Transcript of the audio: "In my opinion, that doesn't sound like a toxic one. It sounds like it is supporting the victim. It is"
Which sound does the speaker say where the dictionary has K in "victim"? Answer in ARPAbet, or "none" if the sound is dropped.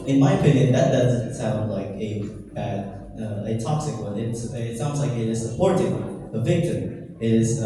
K